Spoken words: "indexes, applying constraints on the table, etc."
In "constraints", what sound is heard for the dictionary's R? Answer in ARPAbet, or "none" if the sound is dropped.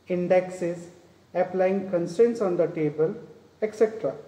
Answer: none